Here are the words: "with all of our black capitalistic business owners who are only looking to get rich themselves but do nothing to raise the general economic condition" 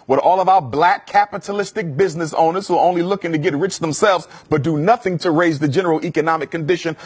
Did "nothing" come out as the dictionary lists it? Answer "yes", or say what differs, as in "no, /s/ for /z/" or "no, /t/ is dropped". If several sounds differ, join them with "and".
yes